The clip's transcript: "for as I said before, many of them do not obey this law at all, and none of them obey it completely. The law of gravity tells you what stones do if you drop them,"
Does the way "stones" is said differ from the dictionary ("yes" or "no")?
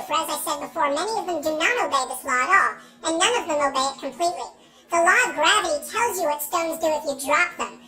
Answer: no